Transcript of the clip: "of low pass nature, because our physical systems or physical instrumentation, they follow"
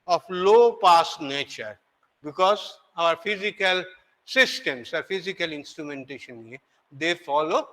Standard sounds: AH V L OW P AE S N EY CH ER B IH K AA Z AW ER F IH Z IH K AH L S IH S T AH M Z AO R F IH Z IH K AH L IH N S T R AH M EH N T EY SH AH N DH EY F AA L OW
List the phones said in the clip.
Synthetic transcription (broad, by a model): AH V L OW P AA S N EY CH ER B IH K AA Z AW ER F IH Z IH K AH L S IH S T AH M S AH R F IH Z IH K AH L IH N S T R AH M EH N T EY SH AH N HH EY F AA L OW